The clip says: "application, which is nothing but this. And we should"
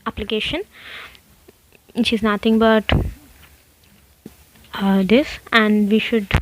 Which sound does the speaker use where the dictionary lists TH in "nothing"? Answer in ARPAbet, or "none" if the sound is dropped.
T